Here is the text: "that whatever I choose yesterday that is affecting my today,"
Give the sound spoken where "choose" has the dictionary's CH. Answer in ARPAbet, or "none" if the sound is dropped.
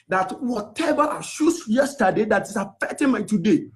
SH